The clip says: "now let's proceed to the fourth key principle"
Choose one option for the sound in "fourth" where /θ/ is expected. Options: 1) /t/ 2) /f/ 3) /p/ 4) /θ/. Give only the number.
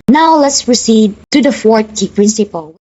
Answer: 1